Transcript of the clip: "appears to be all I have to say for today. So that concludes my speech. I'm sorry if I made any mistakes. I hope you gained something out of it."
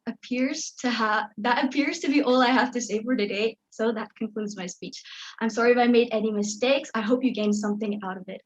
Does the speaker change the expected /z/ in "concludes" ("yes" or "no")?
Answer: no